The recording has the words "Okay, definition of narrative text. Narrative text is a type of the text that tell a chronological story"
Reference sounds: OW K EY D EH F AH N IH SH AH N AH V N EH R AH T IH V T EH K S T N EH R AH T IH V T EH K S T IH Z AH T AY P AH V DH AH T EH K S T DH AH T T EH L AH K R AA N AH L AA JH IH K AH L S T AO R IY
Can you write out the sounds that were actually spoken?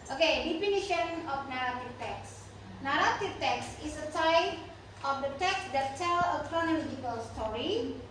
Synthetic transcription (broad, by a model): OW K EY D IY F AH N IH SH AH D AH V N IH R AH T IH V T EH K S N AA R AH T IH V T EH K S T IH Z AH S AY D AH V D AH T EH K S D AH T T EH L AH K R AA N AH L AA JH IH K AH L S T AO R IY